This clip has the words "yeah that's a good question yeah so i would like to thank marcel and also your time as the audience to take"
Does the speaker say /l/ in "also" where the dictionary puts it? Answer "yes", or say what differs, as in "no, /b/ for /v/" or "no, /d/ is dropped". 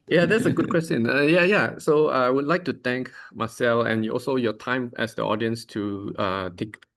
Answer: yes